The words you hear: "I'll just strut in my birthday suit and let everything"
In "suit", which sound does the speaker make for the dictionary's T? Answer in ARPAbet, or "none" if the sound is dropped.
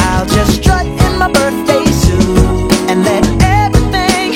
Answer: none